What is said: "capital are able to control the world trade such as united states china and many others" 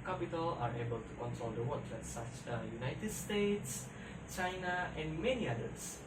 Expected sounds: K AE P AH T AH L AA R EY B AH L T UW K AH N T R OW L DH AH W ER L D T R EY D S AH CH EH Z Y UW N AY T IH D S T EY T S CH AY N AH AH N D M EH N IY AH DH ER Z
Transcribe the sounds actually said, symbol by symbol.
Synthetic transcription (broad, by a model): K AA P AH T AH L AA R EY B AH L T UW K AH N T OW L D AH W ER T L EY S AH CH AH Y UW N AY T IH D S T EY T S CH AY N AH AH N D M EH N IY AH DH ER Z